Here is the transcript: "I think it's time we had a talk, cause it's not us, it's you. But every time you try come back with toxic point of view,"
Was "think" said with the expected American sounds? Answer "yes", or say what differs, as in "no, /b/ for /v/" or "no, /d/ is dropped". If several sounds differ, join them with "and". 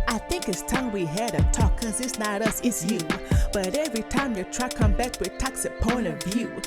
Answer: yes